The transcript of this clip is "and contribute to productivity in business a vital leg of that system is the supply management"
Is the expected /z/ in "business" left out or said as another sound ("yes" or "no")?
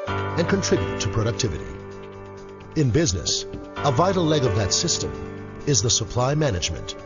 no